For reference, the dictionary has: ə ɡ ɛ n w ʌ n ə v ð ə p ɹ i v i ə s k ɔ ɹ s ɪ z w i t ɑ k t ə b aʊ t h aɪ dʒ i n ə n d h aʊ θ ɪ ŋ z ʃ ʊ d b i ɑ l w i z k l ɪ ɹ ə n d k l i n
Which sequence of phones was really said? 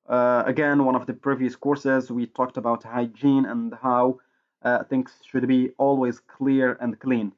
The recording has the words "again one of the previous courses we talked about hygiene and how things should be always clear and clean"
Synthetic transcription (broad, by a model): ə ɡ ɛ n w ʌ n ə v ð ə p ɹ i v i ə s k ɔ ɹ s ɪ z w i t ɑ k t ə b aʊ t h aɪ dʒ i n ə n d h aʊ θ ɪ ŋ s ʃ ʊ d b i ɑ l w i z k l ɪ ɹ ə n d k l i n